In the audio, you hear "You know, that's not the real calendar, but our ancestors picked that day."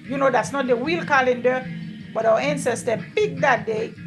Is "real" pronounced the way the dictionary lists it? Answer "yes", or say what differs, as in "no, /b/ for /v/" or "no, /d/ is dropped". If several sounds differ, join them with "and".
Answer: no, /w/ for /ɹ/